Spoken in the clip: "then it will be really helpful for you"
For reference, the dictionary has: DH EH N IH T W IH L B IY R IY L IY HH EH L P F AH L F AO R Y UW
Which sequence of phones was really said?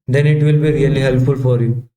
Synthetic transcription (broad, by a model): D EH N IH T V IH L B IY R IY L IY HH EH L P F AH L F AO R Y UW